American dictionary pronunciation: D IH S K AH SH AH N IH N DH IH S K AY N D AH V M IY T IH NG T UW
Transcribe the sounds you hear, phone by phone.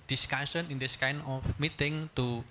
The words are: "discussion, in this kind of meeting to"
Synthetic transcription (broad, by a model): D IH S K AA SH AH N IH N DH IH S K AY N AH F M IY T IH NG T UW